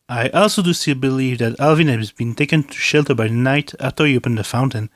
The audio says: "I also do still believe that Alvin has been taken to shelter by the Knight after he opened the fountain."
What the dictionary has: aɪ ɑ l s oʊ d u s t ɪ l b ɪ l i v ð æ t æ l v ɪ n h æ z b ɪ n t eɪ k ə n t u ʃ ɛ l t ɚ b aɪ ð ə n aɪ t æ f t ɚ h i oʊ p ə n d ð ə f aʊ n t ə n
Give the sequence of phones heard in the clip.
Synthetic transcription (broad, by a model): aɪ ɑ l s oʊ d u s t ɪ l b ɪ l i v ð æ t æ l v ɪ n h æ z b ɪ n t eɪ k ə n t u ʃ ɛ l t ɚ b aɪ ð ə n aɪ t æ f t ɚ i oʊ p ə n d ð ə f aʊ n t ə n